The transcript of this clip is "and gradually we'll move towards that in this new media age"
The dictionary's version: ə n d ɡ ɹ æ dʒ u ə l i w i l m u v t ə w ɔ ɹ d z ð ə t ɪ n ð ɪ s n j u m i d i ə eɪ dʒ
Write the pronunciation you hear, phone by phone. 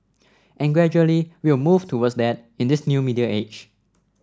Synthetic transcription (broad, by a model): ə n ɡ ɹ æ dʒ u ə l i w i w m u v t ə w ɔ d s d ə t ɪ n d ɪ s n j u m i d i ə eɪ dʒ